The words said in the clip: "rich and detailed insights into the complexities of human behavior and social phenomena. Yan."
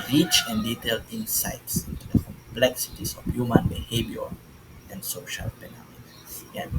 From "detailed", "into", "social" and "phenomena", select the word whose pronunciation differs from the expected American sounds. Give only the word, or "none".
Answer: phenomena